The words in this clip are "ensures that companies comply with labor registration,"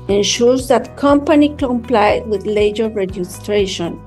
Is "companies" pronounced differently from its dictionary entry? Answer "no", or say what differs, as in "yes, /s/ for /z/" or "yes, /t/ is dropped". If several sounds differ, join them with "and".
yes, /z/ is dropped